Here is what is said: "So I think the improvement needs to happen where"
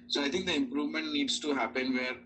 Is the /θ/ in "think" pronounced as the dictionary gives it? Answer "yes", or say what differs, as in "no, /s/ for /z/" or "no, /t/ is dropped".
no, /t/ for /θ/